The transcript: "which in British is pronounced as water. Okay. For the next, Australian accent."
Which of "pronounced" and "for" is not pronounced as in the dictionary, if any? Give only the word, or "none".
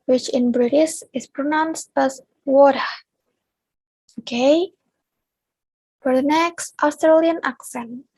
none